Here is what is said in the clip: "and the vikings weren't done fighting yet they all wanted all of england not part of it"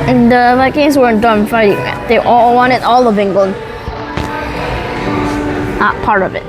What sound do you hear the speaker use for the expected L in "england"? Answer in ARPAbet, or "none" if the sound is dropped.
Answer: none